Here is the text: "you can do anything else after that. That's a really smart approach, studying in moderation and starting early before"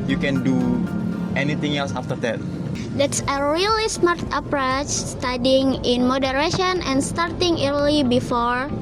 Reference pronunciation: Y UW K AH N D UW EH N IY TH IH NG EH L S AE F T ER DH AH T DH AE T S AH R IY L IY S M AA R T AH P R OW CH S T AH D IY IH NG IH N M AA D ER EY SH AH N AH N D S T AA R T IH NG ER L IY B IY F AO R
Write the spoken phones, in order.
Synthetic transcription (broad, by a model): Y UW K AH N D UW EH N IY T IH NG EH L S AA F T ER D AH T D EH T S AH R IY L IY S M AA R T AH P R OW CH S T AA D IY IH NG IH N M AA D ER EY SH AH N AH N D S T AA R T IH NG ER L IY B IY F AO R